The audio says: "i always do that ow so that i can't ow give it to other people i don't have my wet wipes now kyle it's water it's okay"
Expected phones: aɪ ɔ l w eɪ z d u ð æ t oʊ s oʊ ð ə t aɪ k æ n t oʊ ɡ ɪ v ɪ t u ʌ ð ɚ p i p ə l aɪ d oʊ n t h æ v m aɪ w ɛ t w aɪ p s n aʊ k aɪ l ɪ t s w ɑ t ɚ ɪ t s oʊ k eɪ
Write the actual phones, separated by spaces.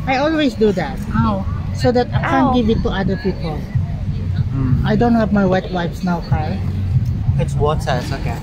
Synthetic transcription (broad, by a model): aɪ ɔ l w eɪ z d u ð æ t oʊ s oʊ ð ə t aɪ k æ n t ɡ ɪ v ɪ t u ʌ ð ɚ p i p ə l aɪ d oʊ n t h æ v m aɪ w ɛ t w aɪ f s n aʊ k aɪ ɪ t s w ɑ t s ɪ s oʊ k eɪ